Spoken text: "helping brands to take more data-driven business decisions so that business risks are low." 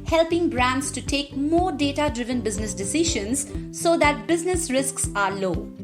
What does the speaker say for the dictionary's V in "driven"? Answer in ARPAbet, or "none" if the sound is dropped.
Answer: V